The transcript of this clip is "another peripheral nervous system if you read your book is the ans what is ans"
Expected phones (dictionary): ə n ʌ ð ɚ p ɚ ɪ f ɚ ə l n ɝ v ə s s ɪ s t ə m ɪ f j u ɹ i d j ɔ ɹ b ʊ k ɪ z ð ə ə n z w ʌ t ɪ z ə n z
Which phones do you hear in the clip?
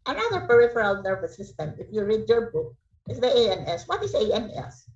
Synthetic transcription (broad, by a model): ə n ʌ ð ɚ p ɚ ɪ f ɚ ə l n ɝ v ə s s ɪ s t ə m ɪ f j u ɹ i d j ɔ ɹ b ʊ k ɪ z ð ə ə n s w ʌ t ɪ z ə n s